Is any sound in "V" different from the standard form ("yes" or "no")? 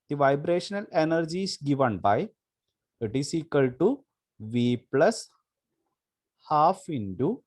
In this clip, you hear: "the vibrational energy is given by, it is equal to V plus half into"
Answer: no